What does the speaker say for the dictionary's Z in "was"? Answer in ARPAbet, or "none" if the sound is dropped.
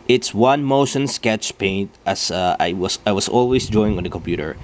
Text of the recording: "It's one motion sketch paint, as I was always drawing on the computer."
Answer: S